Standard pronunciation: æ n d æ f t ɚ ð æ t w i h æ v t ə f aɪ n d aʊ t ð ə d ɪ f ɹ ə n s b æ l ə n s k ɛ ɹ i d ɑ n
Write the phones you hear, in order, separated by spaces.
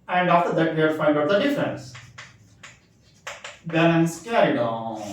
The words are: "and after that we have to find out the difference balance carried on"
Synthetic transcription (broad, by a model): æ n d æ f t ɚ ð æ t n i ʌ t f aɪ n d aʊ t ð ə d ɪ f ɹ ə n s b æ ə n s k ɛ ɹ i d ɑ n